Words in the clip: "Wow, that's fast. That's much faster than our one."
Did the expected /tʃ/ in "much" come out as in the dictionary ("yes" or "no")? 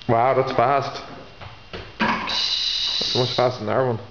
no